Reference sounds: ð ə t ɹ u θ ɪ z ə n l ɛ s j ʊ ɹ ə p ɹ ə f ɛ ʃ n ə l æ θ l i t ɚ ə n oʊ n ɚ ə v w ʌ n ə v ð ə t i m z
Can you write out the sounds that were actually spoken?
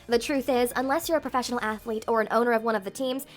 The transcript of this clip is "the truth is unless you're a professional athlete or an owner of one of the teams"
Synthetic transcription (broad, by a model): ð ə t ɹ u θ ɪ z ə n l ɛ s j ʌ ɹ ə p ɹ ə f ɛ ʃ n l æ θ l i t ɚ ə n oʊ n ɚ ə v w ʌ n ə v ð ə t i m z